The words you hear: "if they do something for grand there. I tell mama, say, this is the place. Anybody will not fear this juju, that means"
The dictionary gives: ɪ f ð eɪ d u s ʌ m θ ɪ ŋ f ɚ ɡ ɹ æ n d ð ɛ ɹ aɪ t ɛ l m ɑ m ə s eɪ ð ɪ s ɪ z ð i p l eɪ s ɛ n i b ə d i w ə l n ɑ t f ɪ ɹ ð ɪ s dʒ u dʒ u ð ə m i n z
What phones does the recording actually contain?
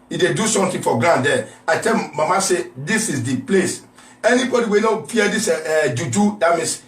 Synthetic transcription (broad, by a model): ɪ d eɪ d u s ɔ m t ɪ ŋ f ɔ ɡ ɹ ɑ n d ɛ aɪ t ɛ l m ɑ m ə s eɪ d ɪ s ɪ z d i p l eɪ s ɛ n i b ə d i w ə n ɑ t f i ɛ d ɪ s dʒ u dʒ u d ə m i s